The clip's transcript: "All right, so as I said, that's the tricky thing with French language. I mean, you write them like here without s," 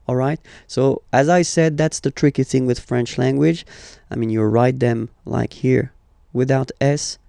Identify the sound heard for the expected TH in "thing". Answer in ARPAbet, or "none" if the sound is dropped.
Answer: TH